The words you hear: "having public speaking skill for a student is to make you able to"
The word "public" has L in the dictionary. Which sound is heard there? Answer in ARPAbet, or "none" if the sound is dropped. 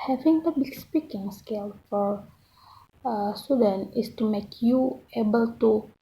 none